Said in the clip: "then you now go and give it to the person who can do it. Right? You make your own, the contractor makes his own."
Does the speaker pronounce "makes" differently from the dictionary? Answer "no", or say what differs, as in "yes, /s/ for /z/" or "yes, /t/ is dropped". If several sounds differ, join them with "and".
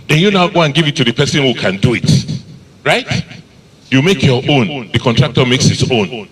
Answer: no